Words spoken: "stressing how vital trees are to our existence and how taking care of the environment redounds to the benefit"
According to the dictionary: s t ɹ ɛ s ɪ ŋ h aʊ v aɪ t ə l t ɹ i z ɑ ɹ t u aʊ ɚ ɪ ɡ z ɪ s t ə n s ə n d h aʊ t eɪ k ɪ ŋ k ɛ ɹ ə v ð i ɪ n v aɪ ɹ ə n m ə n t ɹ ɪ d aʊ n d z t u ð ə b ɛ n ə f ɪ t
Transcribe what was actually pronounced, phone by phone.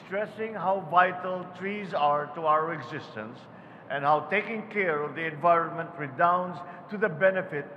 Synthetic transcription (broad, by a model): s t ɹ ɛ s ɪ ŋ h aʊ v aɪ t ə l t ɹ i z ɑ ɹ t u aʊ ɚ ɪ ɡ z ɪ s t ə n s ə n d h aʊ t eɪ k ɪ ŋ k ɛ ɹ ə v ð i ɪ n v aɪ ɹ ə n m ə n t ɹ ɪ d aʊ n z t u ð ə b ɛ n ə f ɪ t